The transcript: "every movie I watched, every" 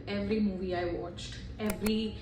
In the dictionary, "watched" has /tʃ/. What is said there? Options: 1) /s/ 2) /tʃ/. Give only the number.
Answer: 2